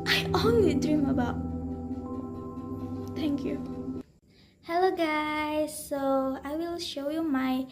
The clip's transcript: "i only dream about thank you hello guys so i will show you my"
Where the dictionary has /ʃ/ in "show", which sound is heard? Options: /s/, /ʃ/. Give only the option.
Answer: /ʃ/